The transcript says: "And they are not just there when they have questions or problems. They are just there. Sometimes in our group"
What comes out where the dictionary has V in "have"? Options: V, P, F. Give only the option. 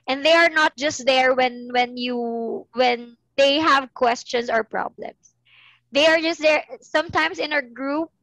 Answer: V